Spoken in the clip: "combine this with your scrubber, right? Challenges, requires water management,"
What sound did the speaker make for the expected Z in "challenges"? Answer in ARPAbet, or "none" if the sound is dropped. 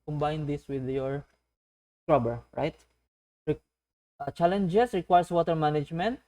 S